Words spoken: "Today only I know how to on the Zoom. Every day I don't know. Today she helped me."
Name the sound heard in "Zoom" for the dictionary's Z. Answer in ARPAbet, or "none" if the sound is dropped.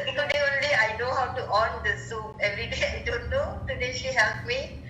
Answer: S